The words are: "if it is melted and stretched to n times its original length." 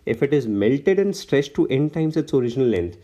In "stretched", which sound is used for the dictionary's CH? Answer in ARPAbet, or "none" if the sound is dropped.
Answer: S